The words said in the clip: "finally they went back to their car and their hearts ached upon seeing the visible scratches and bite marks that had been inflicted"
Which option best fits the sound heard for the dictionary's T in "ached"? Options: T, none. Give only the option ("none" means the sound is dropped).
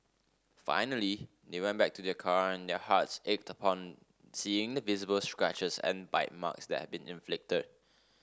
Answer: T